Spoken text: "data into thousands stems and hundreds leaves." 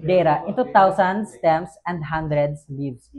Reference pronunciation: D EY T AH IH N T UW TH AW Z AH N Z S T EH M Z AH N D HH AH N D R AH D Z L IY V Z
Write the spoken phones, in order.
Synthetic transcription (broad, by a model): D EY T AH IH N T UW T AW S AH N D S T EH M S AH N D HH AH N D R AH D S L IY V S